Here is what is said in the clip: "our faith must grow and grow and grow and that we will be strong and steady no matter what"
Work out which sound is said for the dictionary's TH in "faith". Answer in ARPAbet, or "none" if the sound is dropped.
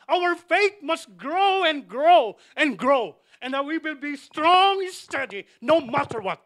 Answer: T